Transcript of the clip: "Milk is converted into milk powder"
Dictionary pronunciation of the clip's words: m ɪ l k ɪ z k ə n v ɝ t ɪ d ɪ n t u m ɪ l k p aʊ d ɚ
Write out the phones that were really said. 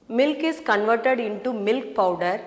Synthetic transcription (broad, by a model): m ɪ l k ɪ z k ə n v ɝ t ɪ d ɪ n t u m ɪ l k p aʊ d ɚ